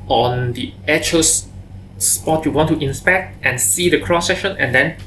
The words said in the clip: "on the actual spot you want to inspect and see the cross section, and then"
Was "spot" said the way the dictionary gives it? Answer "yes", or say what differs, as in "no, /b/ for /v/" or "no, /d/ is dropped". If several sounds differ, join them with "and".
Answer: yes